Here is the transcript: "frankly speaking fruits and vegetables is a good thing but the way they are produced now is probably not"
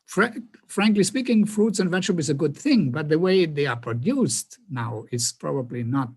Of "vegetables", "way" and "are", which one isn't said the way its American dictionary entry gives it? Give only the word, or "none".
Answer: vegetables